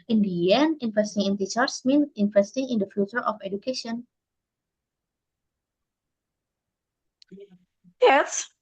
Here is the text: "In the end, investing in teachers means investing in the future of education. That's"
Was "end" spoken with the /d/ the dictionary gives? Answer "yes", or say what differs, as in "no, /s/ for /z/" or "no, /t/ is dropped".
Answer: no, /d/ is dropped